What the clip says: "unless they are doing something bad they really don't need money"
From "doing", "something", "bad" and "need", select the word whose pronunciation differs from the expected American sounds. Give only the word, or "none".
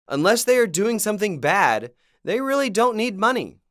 none